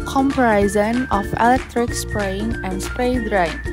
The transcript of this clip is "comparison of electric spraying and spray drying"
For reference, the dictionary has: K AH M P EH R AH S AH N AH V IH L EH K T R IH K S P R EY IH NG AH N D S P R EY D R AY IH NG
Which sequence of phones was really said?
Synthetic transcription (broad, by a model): K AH M P R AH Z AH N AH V IH L EH K T R IH K S P R EY IH NG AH N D S P EY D R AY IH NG